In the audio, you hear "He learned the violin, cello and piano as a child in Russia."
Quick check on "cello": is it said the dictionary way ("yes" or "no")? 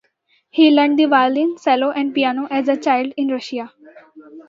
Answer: no